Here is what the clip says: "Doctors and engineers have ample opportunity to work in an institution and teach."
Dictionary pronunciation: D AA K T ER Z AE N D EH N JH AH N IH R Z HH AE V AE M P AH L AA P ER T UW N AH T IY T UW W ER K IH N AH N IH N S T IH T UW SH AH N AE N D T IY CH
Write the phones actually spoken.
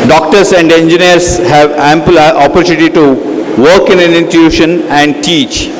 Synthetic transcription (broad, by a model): D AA K T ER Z AE N D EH N JH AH N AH R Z HH AE V AE M P AH L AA P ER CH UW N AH T IY T UW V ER K IH N AH N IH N T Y UW SH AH N AE N D T IY CH